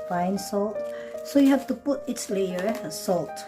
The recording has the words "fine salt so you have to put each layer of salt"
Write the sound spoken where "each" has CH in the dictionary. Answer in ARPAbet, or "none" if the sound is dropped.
S